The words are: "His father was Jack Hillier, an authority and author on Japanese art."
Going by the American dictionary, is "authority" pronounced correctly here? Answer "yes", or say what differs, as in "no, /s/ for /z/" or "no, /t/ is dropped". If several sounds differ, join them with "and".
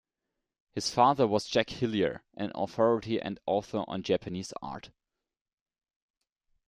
yes